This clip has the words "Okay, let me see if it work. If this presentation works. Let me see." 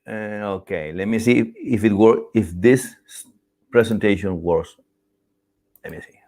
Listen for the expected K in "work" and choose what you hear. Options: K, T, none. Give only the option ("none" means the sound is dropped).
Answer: none